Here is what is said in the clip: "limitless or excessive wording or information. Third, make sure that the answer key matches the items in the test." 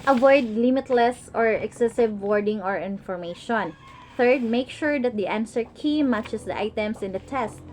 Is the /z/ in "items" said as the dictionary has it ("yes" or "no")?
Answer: no